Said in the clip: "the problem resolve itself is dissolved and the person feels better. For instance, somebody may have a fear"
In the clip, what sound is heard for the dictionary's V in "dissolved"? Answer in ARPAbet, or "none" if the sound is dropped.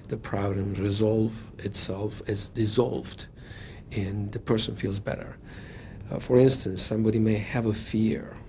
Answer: V